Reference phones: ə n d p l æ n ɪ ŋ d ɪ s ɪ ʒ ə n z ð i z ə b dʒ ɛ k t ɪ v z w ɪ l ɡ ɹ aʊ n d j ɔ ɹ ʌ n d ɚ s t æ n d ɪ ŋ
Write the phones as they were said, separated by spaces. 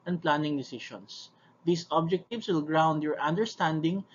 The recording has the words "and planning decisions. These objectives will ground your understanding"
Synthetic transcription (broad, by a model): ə n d p l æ n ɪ ŋ d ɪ s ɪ ʃ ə n s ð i s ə b dʒ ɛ k t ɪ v s w ɪ l ɡ ɹ aʊ n d j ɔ ɹ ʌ n d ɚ s t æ n d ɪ ŋ